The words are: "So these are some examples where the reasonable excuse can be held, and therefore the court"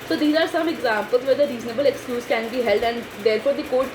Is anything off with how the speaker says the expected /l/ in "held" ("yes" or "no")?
no